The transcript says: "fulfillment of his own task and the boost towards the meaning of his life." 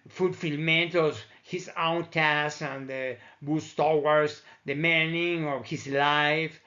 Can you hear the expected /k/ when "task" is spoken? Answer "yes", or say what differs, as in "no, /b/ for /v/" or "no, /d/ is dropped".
no, /k/ is dropped